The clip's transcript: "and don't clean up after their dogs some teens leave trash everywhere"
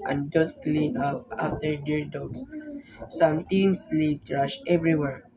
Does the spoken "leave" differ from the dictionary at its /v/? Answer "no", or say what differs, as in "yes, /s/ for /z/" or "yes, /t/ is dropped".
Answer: yes, /p/ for /v/